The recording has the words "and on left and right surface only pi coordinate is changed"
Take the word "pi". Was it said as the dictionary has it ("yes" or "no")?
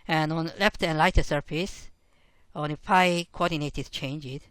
no